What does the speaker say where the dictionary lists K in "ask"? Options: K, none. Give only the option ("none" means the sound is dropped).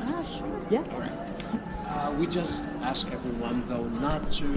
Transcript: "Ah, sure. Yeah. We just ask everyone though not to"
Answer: K